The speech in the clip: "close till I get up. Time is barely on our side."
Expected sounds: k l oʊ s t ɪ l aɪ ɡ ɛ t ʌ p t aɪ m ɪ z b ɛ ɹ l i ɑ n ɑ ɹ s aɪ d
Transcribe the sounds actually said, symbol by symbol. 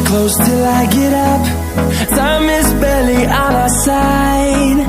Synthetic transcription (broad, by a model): k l oʊ s t ɪ l aɪ ɡ ɛ t ʌ p s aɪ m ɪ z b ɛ l i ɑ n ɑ s aɪ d